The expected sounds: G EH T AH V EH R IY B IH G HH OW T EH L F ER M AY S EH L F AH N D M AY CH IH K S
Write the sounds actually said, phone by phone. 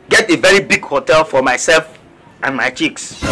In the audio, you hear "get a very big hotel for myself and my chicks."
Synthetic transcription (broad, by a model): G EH T AH V EH R IY B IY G HH OW T EH L F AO M AY S EH L F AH N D M AY CH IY K S